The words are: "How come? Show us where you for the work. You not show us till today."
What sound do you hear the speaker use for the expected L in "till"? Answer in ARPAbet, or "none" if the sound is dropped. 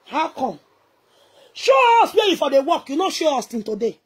N